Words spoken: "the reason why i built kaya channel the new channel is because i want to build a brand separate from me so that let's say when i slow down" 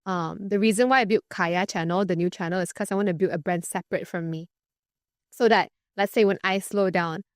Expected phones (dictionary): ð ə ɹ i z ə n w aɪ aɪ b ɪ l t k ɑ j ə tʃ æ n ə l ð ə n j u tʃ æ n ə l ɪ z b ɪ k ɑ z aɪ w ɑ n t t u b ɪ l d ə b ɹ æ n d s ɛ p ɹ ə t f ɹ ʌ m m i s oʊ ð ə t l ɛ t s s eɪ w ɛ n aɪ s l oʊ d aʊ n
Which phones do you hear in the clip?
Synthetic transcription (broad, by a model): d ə ɹ i z ə n w aɪ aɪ b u t k ɑ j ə tʃ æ n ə l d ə n j u tʃ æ n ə l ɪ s k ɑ s aɪ w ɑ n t t u b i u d ə b ɹ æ n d s ɛ p ɹ ə t f ɹ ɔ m m i s oʊ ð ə t l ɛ t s s eɪ w ɛ n aɪ s l oʊ d aʊ n